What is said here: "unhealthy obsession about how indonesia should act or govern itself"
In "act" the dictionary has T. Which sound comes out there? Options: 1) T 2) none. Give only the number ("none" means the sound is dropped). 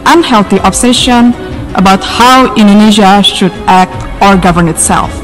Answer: 1